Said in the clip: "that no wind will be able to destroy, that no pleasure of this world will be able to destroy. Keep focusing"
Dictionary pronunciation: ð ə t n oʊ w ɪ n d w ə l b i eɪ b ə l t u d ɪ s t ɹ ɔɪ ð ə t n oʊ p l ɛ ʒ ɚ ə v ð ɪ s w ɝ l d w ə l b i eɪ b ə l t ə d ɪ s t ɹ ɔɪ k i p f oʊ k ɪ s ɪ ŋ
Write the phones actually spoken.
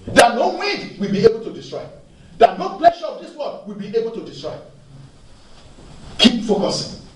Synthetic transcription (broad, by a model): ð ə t n oʊ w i d w ə l b i eɪ b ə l t u d ɪ s t ɹ ɔɪ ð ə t n oʊ p l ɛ ʃ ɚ ə v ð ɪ s w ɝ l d w ə l b i eɪ b ə l t ə d ɪ s t ɹ ɔɪ k i p f oʊ k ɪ s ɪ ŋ